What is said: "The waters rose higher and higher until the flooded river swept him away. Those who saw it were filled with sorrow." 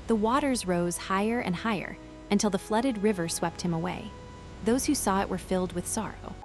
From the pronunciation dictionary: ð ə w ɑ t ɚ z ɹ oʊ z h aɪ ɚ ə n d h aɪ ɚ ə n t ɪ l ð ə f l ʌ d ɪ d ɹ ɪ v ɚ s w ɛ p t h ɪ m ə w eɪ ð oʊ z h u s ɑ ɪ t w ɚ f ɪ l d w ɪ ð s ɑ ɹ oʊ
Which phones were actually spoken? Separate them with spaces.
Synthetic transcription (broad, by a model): ð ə w ɑ t ɚ z ɹ oʊ z h aɪ ɚ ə n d h aɪ ɚ ə n t ɪ l ð ə f l ʌ d ɪ d ɹ ɪ v ɚ s w ɛ p t h ɪ m ə w eɪ ð oʊ z h u s ɑ ɪ t w ɚ f ɪ l d w ɪ ð s ɑ ɹ oʊ